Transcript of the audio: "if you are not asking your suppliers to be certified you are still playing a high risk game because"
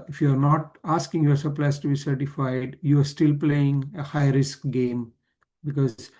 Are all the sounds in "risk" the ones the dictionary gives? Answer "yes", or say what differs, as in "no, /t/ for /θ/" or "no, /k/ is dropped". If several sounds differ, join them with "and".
yes